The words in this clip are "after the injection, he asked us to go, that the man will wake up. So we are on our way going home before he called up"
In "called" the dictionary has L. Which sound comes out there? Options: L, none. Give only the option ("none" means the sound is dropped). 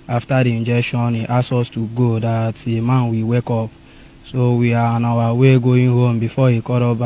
none